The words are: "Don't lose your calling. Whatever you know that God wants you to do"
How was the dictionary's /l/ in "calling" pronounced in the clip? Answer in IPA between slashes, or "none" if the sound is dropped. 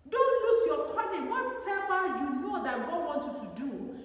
/n/